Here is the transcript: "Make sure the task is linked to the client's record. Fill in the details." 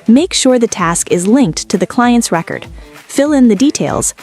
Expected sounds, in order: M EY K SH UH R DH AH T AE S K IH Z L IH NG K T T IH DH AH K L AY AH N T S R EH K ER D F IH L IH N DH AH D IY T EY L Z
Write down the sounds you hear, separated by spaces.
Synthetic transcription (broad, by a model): M EY K SH UH R DH AH T AE S K IH Z L IH NG K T T IH DH AH K L AY AH N T S R EH K ER D F IH L IH N DH AH D IY T EY L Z